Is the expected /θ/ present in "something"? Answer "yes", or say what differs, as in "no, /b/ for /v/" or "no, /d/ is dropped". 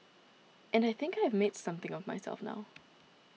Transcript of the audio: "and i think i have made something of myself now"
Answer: yes